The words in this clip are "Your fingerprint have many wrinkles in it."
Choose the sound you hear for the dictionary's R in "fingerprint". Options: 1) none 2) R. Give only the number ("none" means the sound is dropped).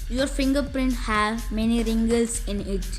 2